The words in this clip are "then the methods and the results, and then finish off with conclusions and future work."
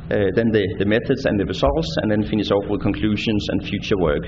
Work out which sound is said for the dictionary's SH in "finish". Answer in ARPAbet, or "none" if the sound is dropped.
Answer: S